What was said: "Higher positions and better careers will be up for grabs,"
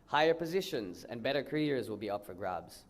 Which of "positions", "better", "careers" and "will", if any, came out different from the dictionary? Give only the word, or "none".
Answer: none